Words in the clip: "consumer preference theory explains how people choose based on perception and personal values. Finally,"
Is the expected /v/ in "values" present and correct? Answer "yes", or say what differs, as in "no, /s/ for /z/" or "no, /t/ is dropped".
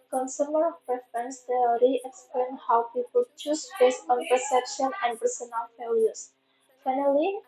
no, /f/ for /v/